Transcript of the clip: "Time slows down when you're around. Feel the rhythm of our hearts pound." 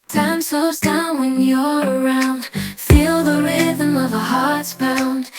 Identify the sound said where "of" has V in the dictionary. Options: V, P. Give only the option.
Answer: V